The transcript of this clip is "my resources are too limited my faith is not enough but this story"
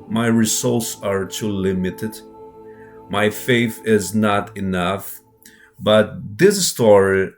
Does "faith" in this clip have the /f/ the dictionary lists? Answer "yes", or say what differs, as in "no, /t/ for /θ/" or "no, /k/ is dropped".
yes